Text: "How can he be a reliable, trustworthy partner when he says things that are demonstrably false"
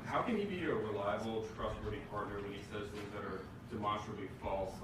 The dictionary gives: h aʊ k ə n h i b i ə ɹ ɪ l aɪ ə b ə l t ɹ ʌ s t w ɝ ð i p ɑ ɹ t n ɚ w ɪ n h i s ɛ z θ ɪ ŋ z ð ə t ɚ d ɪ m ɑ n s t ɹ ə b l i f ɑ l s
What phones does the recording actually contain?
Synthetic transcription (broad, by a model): h aʊ k ə n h i b i ə ɹ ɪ l aɪ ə b l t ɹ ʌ s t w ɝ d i p ɑ ɹ t n ɚ w ɪ n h i s ɛ z θ ɪ ŋ z ð ə t ɚ d ɪ m ɑ n s t ɹ ə b l i f ɑ l s